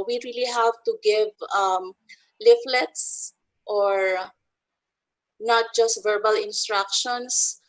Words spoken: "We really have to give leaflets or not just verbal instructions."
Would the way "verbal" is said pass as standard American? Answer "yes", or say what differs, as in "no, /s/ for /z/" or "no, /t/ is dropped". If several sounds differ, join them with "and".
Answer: yes